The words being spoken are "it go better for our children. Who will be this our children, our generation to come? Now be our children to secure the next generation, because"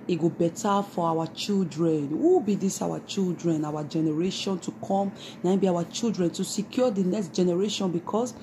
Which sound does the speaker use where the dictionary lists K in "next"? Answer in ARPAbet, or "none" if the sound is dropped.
K